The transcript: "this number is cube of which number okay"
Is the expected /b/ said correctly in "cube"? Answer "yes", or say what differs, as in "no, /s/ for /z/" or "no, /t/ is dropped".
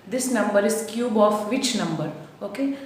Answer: yes